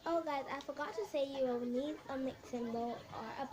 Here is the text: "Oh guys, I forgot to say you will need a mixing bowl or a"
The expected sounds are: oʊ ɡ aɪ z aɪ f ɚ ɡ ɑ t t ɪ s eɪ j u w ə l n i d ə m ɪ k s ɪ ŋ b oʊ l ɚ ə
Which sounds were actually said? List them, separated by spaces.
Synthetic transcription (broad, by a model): oʊ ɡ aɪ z aɪ f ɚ ɡ ɑ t t ɪ s eɪ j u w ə w n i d ə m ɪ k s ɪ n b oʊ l ɚ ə